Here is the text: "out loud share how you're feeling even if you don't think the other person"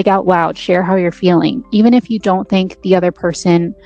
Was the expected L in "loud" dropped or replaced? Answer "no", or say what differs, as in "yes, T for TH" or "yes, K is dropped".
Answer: yes, W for L